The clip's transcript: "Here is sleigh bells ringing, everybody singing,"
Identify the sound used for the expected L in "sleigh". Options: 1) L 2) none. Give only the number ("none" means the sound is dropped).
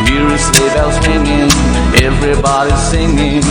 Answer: 2